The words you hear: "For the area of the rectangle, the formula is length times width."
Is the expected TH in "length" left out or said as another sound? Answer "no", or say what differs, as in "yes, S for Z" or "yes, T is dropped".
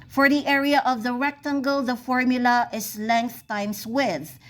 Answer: no